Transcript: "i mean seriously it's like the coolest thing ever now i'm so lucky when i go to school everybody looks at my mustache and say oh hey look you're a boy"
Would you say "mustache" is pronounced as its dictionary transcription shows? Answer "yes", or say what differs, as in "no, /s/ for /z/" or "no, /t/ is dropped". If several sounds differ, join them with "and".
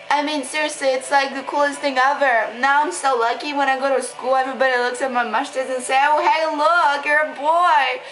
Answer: no, /ʃ/ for /s/